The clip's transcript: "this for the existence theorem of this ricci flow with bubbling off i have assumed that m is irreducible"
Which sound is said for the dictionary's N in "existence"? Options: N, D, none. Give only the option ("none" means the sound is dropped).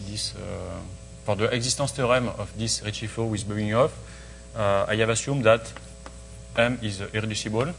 none